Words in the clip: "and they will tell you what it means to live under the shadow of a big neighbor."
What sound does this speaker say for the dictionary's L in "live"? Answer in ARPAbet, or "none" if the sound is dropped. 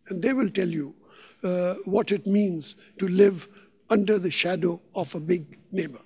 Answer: L